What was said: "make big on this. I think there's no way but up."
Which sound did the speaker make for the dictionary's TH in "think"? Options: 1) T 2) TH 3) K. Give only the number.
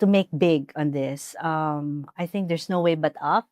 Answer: 2